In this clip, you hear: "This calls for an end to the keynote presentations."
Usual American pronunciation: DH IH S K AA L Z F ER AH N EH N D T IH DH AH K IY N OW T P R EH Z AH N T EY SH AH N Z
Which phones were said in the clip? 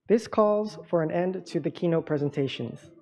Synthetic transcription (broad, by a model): DH IH S K AA L Z F ER AH N EH N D T IH DH AH K IY N OW T P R EH Z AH N T EY SH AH N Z